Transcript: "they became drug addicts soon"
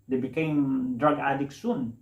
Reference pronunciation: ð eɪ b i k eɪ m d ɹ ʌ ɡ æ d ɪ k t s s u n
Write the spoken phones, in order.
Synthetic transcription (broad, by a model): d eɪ b i k eɪ m d ɹ ʌ ɡ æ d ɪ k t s s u n